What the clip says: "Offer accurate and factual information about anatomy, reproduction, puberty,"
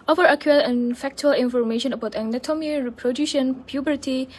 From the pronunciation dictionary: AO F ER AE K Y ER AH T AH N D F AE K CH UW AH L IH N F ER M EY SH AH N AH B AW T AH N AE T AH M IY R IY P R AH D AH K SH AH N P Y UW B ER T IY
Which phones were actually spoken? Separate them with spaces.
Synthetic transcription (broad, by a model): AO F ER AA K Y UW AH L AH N F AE K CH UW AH L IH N F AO M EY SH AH N AH B AW T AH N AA T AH M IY R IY P R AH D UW SH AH N P Y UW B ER T IY